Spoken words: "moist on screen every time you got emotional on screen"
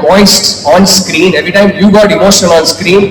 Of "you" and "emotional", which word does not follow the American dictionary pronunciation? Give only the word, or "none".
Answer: emotional